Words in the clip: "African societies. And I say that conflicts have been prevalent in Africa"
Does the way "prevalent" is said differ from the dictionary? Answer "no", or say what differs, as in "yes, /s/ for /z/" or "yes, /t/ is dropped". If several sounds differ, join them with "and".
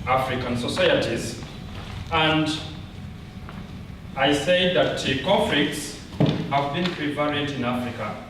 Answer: yes, /p/ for /v/ and /n/ is dropped